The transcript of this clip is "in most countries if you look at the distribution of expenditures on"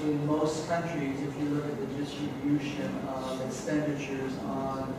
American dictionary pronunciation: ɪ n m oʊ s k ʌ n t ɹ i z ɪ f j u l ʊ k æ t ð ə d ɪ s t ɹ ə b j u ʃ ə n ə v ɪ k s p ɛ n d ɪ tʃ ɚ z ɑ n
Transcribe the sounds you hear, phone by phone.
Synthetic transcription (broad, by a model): ɪ n m oʊ s k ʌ n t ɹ i z ɪ f j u l ʊ k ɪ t ð ə d ɪ s t ɹ ə b j u ʃ ə n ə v ɪ k s p ɛ n d ɪ tʃ ɚ z n